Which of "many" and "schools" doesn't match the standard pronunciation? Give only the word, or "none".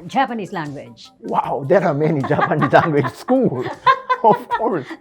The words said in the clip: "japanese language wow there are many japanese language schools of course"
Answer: schools